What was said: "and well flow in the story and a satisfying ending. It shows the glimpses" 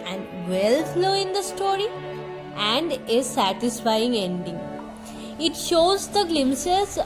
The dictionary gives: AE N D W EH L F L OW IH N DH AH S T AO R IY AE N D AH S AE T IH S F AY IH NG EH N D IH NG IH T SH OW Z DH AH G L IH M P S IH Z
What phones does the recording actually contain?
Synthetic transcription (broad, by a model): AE N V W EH L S L OW IH N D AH S T AO R IY AE N D AH S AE T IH S F AY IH NG EH N D IH NG IH T SH OW Z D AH G L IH M S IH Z